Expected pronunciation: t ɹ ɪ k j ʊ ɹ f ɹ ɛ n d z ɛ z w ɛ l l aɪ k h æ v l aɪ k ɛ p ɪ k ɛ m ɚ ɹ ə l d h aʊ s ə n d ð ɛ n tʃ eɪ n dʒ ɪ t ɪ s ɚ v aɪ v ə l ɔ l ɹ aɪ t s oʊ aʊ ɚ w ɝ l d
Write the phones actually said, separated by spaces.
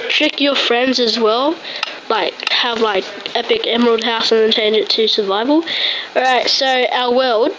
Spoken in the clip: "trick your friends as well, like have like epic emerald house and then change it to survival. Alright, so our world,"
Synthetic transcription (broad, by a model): t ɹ ɪ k j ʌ ɹ f ɹ ɛ n d z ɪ z w ɛ l l aɪ k h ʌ v l aɪ k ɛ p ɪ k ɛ m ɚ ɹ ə l d h aʊ s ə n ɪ n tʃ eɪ n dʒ ɪ t ɪ s ɚ v aɪ v ə l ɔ ɹ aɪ t s oʊ aʊ ɚ w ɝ l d